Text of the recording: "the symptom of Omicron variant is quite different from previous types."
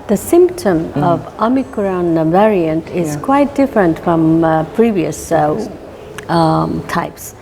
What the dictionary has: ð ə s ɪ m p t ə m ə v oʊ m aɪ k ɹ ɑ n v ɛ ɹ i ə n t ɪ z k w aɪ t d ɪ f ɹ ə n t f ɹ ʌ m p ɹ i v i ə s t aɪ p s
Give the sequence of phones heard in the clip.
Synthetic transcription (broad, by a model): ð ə s ɪ m p t ə m ə v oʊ m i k ɹ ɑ n v ɛ ɹ i ə n t ɪ z k w aɪ t d ɪ f ɹ ə n t f ɹ ʌ m p ɹ i v i ə s t aɪ p s